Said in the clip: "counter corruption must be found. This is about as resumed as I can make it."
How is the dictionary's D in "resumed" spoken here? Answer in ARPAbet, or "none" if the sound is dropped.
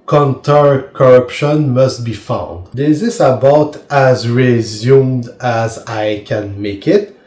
D